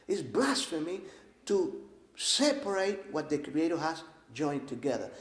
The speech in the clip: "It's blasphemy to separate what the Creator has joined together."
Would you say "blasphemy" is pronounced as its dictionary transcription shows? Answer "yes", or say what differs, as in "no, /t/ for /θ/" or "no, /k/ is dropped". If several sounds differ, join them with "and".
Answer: yes